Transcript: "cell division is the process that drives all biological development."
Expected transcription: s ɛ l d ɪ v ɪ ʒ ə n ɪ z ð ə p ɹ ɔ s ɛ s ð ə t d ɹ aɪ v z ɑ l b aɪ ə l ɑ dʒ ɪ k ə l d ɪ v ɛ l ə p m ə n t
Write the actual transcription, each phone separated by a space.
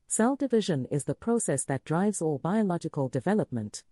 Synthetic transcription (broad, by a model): s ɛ l d ɪ v ɪ ʒ ə n ɪ z ð ə p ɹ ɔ s ɛ s ð ə t d ɹ aɪ v z ɑ l b aɪ ə l ɑ dʒ ɪ k ə l d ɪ v ɛ l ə p m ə n t